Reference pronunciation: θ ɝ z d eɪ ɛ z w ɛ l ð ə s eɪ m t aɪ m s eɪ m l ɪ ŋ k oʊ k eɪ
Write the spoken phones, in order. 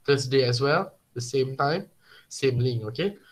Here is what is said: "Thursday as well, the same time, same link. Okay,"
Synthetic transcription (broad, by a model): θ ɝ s d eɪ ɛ s w ɛ l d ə s eɪ m t aɪ m s eɪ m l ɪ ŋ oʊ k eɪ